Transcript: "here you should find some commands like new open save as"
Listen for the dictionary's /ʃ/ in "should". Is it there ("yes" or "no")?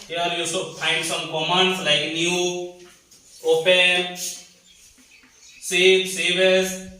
no